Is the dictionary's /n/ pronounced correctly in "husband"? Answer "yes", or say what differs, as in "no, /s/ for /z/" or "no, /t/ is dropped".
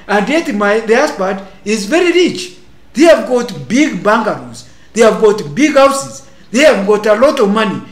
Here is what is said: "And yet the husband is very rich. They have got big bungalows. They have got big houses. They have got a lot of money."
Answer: no, /n/ is dropped